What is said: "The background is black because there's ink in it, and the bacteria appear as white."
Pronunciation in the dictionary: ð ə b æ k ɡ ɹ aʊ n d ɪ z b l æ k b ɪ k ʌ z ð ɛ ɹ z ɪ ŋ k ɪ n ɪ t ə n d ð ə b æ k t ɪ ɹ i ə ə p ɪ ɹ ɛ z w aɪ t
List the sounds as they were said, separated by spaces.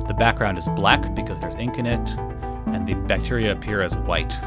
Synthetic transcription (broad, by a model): ð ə b æ k ɡ ɹ aʊ n d ɪ z b l æ k b ɪ k ʌ z ð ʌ ɹ z ɪ ŋ k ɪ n ɪ t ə n ð ə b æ k t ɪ ɹ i ə p ɪ ɹ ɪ z w aɪ t